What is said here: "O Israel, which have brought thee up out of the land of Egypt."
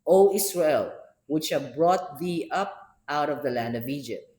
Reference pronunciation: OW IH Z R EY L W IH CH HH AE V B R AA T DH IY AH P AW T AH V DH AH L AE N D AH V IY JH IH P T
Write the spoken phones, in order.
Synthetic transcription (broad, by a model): OW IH S R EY L W IH CH HH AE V B R AA T DH IY AH P AW T AH V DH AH L AE N D AH V IY JH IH P T